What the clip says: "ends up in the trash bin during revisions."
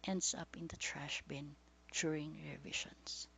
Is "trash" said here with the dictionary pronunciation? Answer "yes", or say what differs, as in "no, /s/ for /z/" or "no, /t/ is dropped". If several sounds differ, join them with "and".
yes